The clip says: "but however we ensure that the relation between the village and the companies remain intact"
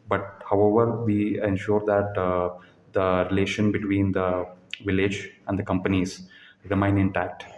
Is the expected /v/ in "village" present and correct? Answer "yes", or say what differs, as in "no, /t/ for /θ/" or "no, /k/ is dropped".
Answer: yes